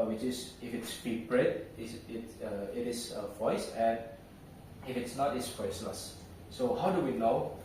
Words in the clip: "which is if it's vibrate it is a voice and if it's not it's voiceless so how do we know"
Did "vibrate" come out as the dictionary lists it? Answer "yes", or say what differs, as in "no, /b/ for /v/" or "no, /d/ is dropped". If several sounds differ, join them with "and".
no, /p/ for /v/